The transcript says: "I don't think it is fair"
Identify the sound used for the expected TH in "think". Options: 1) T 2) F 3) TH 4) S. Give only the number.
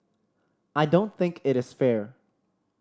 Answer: 3